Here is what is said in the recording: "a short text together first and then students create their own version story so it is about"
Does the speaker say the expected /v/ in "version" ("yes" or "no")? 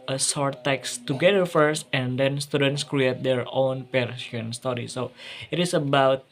no